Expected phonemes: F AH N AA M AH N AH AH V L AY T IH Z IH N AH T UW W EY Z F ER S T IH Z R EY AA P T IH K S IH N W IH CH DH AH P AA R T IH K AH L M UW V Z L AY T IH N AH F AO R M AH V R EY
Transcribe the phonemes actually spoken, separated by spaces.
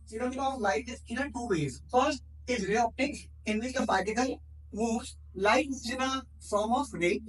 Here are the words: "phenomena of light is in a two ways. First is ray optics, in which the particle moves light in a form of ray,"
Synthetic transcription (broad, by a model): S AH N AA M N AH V L AY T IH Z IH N AH T UW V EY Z F ER S T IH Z R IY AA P T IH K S IH N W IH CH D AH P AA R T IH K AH L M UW Z L AY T IH N AH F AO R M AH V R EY